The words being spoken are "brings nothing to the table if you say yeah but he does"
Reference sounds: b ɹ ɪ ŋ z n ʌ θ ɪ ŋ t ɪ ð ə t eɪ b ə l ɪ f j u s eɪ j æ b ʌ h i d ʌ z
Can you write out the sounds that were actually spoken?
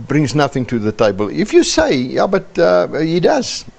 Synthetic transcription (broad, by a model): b ɹ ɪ ŋ z n ʌ θ ɪ ŋ t ɪ ð ə t eɪ b ə l ɪ f j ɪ s eɪ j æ b ʌ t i d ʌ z